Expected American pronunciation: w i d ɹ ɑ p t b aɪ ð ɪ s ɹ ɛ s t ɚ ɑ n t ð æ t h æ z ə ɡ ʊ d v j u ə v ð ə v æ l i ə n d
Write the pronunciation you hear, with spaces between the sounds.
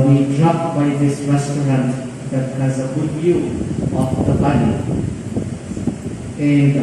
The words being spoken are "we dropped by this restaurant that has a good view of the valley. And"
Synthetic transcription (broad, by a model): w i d ɹ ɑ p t b aɪ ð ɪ s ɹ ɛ s t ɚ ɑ n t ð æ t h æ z ə ɡ ʊ d v j u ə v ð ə b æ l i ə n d